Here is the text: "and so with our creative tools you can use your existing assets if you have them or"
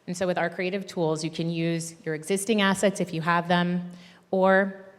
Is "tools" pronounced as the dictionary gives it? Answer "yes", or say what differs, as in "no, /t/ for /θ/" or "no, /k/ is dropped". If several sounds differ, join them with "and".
yes